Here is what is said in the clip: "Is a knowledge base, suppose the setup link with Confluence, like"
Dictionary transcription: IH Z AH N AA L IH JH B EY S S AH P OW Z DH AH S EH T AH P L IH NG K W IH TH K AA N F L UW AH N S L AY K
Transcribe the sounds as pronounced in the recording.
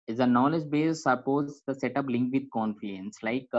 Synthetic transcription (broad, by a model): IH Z AH N AA L IH JH B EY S S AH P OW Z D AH S EH T AH P L IH NG K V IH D K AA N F UW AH N S L AY K